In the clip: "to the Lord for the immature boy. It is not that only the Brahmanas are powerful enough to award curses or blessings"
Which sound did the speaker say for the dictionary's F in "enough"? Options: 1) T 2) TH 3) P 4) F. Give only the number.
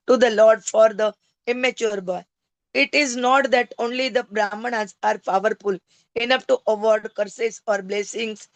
3